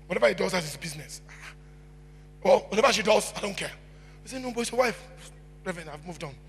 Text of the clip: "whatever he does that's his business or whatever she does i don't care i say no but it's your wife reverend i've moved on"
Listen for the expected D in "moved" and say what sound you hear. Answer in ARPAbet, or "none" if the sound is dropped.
D